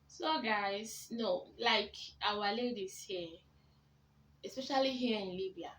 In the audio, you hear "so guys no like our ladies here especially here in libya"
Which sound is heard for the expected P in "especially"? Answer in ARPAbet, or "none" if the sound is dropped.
P